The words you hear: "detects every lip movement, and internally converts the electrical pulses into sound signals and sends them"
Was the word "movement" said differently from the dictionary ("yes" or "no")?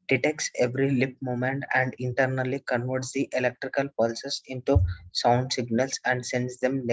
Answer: yes